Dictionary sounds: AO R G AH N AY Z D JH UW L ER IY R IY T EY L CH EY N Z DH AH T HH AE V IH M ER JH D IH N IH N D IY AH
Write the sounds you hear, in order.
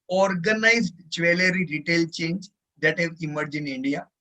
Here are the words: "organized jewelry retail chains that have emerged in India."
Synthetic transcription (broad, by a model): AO R G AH N AY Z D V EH L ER IY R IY T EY L CH EY N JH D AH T HH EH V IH M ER JH IH N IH N D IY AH